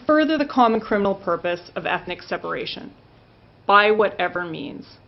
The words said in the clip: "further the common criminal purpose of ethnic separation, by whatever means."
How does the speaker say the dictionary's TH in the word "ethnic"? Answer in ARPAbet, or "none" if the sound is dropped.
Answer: TH